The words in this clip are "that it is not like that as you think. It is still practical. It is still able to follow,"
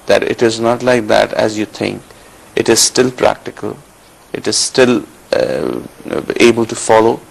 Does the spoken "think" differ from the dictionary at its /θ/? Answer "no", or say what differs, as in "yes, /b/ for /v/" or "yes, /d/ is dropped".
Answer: yes, /t/ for /θ/